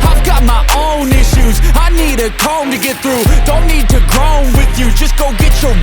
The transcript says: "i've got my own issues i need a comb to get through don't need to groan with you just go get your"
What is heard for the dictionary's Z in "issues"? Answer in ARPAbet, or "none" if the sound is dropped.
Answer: Z